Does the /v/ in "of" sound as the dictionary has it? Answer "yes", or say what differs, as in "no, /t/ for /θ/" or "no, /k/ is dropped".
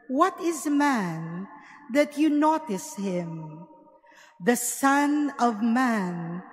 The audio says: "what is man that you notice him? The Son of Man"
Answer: yes